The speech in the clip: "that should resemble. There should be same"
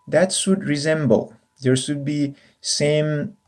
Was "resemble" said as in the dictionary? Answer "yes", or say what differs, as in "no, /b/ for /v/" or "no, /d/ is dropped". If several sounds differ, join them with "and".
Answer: yes